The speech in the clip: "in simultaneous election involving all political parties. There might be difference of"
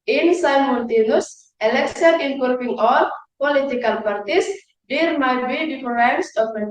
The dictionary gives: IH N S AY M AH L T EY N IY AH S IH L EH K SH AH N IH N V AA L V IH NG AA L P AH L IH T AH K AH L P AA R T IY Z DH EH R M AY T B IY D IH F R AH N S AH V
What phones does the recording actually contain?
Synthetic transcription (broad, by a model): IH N S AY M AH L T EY N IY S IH L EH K S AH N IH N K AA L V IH NG AA L P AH L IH T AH K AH L P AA R T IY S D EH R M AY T B IY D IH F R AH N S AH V